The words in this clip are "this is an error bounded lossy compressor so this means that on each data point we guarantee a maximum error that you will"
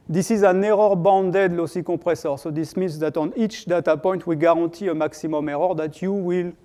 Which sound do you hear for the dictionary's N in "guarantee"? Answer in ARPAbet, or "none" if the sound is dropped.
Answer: none